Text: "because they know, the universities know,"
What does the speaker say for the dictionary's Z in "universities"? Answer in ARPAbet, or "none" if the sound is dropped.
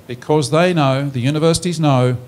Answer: Z